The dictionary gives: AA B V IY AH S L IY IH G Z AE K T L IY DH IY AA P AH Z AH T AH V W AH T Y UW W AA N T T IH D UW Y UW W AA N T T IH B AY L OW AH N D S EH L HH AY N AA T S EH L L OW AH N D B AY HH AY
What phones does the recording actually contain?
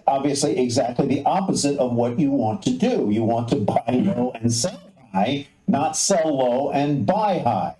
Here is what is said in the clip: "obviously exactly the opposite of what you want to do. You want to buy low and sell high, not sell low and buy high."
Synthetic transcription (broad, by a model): AA B V IY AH S L IY IH G Z AE K T L IY DH IY AA P AH Z AH T AH V W AH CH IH W AA N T T IH D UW Y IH W AA N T T IH B AY L OW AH N S EH L HH AY N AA T S EH L L OW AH N B AY HH AY